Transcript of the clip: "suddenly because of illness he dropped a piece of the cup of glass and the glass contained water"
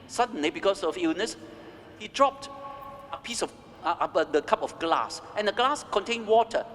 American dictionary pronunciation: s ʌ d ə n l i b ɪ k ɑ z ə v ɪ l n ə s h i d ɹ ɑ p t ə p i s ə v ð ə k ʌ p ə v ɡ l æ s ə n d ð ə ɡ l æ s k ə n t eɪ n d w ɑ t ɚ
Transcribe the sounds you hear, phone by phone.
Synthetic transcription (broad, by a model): s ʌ d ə n l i b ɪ k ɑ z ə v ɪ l n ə s h i d ɹ ɑ p t ə p i s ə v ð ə k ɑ p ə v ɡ l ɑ s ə n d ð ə ɡ l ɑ s k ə n t eɪ n w ɑ t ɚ